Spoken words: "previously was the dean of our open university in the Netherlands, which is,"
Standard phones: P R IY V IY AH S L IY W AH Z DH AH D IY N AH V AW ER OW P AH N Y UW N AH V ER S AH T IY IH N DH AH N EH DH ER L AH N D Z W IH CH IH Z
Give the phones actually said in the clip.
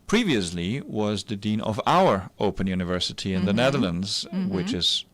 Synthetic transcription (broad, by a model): P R IY V IY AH S L IY W AH Z DH AH D IY N AH V AW ER OW P AH N Y UW N AH V ER S AH T IY IH N DH AH N EH DH ER L AH N D Z W IH CH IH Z